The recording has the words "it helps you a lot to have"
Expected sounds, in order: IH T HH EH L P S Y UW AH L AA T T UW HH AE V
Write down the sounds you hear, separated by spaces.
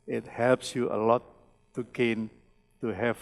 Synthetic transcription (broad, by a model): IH T HH EH L P S Y UW AH L AA T T UW HH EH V